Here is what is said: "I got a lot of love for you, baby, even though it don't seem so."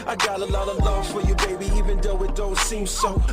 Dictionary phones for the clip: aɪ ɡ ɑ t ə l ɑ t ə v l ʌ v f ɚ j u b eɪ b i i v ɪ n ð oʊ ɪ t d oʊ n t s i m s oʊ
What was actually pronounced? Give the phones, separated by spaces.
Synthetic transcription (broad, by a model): aɪ ɡ ɑ t ə l ɑ t ə v l ʌ v f ɚ j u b eɪ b i i v ɪ n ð oʊ ɪ t d oʊ n t s i m s oʊ